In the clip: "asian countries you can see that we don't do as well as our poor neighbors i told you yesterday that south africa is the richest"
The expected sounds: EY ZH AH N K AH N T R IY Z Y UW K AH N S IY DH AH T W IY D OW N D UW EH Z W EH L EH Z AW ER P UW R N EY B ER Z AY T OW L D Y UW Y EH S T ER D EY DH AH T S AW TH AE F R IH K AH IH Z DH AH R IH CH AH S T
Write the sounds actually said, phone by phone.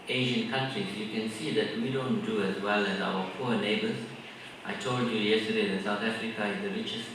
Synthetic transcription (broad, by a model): EY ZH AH N K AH N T R IY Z Y UW K AH N S IY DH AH T W IY D OW N D UW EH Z W EH L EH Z AW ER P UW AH N EY B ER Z AY T OW L D Y UW Y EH S T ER D EY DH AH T S AW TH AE F R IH K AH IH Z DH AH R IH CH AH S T